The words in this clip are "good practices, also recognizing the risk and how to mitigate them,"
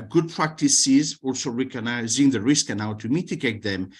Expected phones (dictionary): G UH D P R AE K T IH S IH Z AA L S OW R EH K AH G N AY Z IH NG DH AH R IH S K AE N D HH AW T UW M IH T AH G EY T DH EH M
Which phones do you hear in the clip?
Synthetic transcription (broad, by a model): G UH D P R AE K T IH S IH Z AA L S OW R EH K AH G N AY Z IH NG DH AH R IH S K N AW T UW M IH T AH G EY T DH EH M